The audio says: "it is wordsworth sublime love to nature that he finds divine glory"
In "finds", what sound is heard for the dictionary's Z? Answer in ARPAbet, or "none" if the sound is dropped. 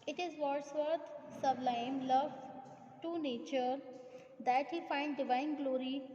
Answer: none